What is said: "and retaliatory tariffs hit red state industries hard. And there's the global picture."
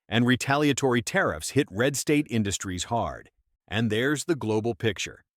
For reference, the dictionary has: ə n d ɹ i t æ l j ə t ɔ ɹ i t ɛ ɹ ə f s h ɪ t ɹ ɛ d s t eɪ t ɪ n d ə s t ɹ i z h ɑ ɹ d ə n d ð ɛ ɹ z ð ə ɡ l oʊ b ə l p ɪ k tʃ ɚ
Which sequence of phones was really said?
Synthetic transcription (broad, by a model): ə n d ɹ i t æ l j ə t ɔ ɹ i t ɛ ɹ ə f s h ɪ t ɹ ɛ d s t eɪ t ɪ n d ə s t ɹ i z h ɑ ɹ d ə n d ð ɛ ɹ z ð ə ɡ l oʊ b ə l p ɪ k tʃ ɚ